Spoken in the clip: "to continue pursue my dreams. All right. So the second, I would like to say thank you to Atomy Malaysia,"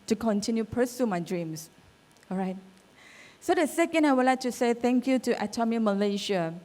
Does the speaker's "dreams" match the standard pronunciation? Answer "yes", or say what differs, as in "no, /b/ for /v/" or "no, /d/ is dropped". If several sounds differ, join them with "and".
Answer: no, /s/ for /z/